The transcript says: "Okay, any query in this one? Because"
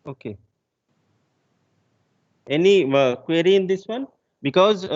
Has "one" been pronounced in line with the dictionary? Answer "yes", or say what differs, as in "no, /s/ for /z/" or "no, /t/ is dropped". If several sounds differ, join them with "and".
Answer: yes